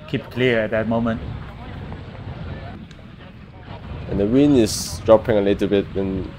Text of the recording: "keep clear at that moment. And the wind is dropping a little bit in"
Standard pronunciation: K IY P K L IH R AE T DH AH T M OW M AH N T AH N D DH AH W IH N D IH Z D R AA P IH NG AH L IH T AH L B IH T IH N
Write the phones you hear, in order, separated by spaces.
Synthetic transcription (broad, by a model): K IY P K L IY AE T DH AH T M OW M AH N T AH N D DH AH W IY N IH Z D R AA P IH NG AH L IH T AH B IH T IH N